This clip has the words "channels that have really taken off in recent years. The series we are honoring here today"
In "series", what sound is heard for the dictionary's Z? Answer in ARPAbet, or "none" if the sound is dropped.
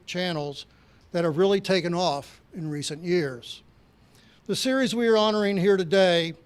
Z